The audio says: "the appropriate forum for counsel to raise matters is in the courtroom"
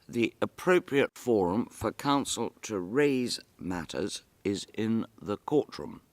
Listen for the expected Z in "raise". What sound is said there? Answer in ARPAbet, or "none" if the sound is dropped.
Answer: Z